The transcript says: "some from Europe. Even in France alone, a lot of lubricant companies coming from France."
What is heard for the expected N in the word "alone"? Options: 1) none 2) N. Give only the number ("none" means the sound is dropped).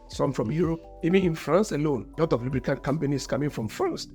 2